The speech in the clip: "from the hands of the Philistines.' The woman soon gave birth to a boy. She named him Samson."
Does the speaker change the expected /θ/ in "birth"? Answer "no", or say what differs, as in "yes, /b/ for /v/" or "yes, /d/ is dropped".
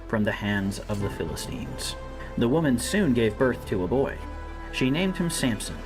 no